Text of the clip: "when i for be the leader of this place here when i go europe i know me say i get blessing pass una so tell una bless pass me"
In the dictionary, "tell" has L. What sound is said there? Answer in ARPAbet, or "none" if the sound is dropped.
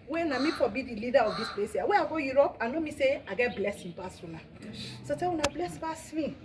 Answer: W